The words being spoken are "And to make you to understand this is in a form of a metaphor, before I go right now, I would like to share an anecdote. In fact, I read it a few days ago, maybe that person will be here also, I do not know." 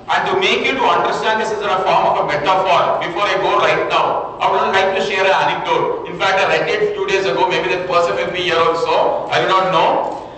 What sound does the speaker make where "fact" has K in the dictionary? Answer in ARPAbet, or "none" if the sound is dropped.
K